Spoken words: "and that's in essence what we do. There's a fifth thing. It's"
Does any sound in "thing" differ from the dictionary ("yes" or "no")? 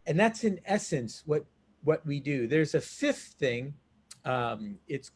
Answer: no